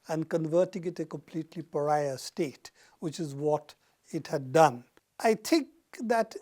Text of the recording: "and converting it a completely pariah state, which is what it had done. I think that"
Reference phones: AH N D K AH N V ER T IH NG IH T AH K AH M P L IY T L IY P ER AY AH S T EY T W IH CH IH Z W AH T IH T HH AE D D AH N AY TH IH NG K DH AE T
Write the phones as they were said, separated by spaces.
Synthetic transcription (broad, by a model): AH N D K AH N V ER T IH NG IH T AH K AH M P L IY T L IY P ER AY AH S T EY T W IH CH IH Z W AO T IH T HH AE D D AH N AY T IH NG K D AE T